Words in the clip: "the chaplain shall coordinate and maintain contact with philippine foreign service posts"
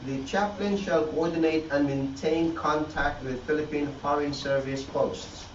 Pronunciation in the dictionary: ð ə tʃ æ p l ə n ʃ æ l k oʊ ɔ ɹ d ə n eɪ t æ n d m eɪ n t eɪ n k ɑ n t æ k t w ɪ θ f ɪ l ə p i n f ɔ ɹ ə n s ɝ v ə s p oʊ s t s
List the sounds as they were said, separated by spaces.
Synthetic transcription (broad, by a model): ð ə tʃ æ p l ə n ʃ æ l k oʊ ɔ ɹ d ə n eɪ t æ n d m eɪ n t eɪ n k ɑ n t æ k t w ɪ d f ɪ l ə p i n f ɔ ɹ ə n s ɝ v ə s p oʊ s t s